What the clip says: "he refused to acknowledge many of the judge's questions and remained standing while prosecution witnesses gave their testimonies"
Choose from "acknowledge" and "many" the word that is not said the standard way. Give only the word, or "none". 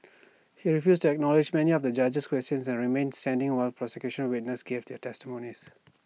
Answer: none